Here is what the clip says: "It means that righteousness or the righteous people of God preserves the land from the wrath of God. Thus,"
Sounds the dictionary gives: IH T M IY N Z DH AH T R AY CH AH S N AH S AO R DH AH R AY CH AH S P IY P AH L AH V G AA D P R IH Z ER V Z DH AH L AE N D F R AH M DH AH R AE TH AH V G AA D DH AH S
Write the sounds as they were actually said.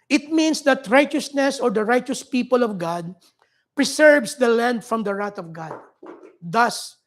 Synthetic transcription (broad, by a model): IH T M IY N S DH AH T R AY CH AH S N AH S AO R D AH R AY CH AH S P IY P AH L AH V G AA D P R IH S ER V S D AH L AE N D F R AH M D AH R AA T AH V G AA D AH S